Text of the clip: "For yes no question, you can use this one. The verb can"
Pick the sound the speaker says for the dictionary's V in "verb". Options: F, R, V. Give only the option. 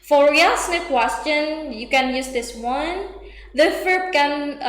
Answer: F